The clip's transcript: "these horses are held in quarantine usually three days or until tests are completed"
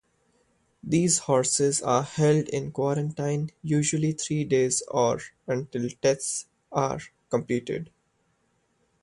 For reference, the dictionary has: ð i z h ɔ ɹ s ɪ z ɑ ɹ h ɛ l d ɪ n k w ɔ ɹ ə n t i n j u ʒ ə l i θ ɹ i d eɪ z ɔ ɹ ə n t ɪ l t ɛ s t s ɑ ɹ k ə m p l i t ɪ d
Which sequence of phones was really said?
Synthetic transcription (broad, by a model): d i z h ɔ ɹ s ɪ z ɑ ɹ h ɛ l d ɪ n k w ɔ ɹ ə n t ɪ n j u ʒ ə l i t ɹ i d eɪ z ɔ ɹ ə n t ɪ l t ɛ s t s ɑ ɹ k ə m p l i t ɪ d